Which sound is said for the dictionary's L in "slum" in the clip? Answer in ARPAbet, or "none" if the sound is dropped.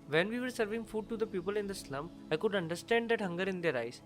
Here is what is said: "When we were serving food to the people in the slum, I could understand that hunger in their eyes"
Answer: L